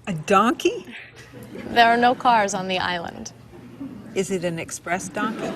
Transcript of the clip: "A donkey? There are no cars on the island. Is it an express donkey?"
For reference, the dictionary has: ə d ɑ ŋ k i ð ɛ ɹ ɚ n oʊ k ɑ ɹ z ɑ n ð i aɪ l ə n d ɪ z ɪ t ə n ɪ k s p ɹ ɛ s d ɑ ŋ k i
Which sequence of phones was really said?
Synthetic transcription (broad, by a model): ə d ɑ ŋ k i ð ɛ ɹ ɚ n oʊ k ɑ ɹ z n ð i aɪ l ə n d ɪ z ɪ t ə n ɪ k s p ɹ ɛ s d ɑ ŋ k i